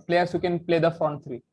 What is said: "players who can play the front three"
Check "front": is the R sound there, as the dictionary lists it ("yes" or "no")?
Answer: no